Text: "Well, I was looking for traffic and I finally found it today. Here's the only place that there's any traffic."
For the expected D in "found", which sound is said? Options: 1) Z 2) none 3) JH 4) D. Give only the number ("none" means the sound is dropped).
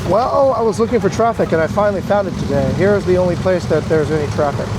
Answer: 4